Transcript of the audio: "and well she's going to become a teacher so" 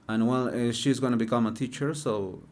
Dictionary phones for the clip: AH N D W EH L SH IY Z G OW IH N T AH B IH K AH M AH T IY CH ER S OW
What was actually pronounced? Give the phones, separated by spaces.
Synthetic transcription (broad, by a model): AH N W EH L SH IY Z G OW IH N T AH B IH K AH M AH T IY CH ER S OW